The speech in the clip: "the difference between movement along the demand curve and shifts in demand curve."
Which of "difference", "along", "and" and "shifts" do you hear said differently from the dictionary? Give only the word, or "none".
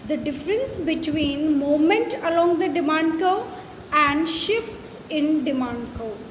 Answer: none